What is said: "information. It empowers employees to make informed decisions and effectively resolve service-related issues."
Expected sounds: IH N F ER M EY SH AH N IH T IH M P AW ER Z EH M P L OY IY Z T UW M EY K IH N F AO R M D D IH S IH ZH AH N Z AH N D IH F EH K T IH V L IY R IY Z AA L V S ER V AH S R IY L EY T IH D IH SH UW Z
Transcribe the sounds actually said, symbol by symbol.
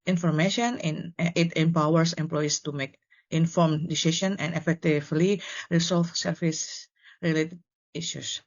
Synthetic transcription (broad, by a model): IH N F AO M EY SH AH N IH T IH M P AW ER S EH M P L OY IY S T UW M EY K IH N F AO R M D D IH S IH SH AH N AH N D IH F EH K T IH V L IY R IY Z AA L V S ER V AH S R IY L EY T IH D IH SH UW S